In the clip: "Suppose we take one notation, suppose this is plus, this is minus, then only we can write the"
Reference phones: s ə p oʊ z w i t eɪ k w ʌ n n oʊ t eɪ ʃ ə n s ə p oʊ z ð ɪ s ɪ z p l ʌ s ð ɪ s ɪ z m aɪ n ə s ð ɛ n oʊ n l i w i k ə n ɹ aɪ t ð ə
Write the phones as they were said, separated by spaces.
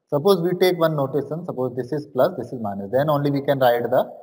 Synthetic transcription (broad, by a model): s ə p oʊ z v i t eɪ k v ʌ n n oʊ t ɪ s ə n s ə p oʊ z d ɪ s ɪ z p l ʌ s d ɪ s ɪ z m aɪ n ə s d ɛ n oʊ n l i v i k ə n ɹ aɪ t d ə